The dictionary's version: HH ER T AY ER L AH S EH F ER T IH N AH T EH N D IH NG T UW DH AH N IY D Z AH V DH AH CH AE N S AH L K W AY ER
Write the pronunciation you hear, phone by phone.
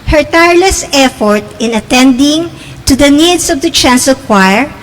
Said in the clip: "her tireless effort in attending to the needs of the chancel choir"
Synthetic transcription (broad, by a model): HH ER T AY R L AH S EH F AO T IH N AH T EH N D IH NG T UW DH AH N IY D S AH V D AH CH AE N S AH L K W AY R